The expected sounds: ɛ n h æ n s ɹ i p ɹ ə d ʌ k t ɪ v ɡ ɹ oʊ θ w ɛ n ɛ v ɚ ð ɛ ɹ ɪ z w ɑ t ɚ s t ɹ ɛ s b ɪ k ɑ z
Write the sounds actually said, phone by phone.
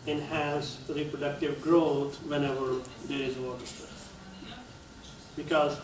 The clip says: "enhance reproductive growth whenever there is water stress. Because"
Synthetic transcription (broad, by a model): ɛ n h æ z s ɹ i p ɹ ə d ʌ k t ɪ v ɡ ɹ oʊ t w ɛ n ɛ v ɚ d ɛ ɹ ɪ z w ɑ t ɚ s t ɛ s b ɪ k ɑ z